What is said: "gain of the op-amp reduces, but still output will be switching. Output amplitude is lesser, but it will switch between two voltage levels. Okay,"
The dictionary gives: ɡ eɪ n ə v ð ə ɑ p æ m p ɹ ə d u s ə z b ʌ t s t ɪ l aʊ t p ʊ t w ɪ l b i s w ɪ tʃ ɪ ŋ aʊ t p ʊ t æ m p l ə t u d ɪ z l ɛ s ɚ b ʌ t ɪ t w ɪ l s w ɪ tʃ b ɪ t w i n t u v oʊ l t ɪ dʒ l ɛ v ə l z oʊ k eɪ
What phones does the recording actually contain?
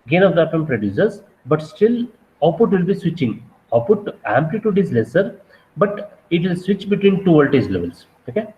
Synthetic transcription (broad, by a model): ɡ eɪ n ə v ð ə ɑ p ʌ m p ɹ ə d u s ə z b ʌ t s t ɪ l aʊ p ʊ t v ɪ l b i s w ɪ tʃ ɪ ŋ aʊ p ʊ t æ m p l ə t u d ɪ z l ɛ s ɚ b ʌ t ɪ t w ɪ l s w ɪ tʃ b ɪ t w i n t u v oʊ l t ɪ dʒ l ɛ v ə l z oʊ k eɪ